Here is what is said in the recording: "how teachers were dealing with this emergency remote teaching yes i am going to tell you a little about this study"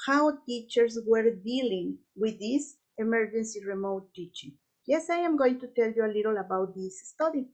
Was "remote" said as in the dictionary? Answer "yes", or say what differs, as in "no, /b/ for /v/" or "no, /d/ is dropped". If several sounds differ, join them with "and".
yes